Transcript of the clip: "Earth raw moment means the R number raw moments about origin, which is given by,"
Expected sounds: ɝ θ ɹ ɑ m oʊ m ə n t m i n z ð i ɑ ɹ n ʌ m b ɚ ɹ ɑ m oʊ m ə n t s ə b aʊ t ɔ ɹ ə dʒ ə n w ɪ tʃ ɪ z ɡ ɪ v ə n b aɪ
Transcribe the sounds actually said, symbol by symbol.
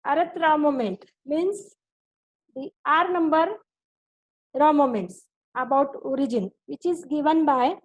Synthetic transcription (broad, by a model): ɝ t ɹ ɑ m oʊ m ə n t m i n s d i ɑ ɹ n ʌ m b ɚ ɹ ɑ m oʊ m ə n t s ə b aʊ t ɔ ɹ ə dʒ ə n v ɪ tʃ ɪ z ɡ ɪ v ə n b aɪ